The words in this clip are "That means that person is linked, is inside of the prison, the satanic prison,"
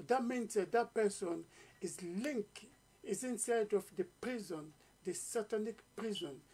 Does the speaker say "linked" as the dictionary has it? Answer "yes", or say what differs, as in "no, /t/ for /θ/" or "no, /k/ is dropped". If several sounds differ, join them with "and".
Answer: no, /t/ is dropped